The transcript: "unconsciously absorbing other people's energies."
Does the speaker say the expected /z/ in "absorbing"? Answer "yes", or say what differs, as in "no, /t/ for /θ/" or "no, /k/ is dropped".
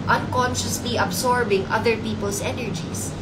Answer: no, /s/ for /z/